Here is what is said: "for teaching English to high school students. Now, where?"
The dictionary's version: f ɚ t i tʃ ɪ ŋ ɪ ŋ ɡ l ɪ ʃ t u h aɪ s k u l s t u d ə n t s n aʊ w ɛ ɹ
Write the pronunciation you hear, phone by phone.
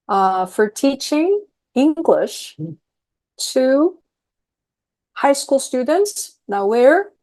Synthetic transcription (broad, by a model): f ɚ t i tʃ ɪ ŋ ɪ ŋ ɡ l ɪ ʃ t u h aɪ s k u l s t u d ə n t s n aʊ w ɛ ɹ